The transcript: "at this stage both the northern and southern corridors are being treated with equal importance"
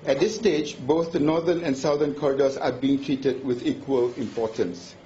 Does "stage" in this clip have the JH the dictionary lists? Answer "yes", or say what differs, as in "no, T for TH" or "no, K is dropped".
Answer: yes